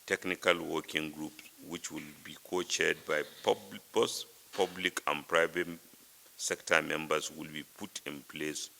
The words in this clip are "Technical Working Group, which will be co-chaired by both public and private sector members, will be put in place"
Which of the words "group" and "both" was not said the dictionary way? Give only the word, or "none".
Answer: both